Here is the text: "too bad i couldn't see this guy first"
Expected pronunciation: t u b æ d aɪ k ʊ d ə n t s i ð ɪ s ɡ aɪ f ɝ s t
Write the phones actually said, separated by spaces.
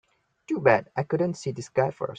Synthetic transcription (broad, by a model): t u b æ d aɪ k ʊ d ə n t s i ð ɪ s ɡ aɪ f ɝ s